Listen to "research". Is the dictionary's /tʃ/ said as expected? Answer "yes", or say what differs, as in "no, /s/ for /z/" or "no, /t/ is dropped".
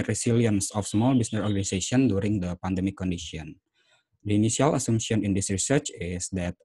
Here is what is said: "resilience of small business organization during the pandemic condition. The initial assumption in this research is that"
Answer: yes